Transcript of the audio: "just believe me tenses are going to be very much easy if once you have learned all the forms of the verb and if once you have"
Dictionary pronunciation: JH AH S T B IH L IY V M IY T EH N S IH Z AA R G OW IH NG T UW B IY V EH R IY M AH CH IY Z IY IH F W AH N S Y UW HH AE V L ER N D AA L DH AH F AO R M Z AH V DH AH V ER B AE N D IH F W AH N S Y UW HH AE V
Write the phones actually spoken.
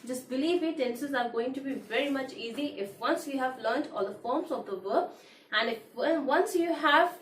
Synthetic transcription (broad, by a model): JH AH S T B IH L IY V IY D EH N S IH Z AA R G OW IH NG T UW B IY V EH R IY M AH CH IY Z IY IH F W AH N S Y UW HH AE V L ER N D AA L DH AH F AO R M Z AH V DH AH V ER AE N D IH F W AH N S Y UW HH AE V